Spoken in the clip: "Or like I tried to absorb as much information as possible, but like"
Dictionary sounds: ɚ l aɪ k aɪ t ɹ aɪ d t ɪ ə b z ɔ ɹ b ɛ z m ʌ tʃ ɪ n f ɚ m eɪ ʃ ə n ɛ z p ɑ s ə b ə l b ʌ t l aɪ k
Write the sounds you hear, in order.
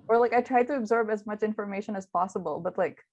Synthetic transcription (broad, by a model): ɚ l aɪ k aɪ t ɹ aɪ d t ɪ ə b z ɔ ɹ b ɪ z m ʌ tʃ ɪ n f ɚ m eɪ ʃ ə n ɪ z p ɑ s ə b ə l b ʌ t l aɪ k